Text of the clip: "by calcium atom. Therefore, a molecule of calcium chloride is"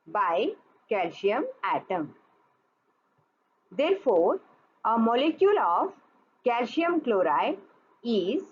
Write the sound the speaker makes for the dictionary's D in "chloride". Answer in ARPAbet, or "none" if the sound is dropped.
none